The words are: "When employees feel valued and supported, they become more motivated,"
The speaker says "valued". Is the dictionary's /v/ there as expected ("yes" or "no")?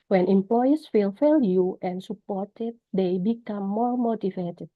no